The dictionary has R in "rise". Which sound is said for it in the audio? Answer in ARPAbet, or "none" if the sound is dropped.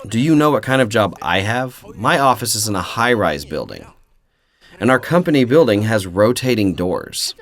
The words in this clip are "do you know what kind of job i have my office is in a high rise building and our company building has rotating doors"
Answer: R